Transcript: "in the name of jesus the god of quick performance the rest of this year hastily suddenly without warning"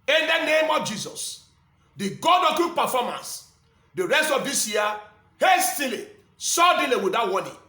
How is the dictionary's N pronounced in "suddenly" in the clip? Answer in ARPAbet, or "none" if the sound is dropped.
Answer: none